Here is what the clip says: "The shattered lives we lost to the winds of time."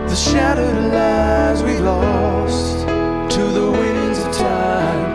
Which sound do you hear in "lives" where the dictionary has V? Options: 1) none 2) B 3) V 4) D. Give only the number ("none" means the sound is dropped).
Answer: 1